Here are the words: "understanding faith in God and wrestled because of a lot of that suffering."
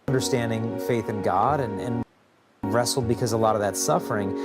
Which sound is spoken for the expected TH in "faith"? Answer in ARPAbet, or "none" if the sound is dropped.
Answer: TH